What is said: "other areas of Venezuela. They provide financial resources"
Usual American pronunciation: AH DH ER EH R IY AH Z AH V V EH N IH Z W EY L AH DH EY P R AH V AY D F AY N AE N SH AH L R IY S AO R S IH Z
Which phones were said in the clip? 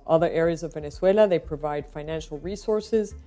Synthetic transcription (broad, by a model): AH DH ER EH R IY AH Z AH V V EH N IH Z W EY L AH DH EY P R AH V AY D F AY N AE N SH L R IY S AO R S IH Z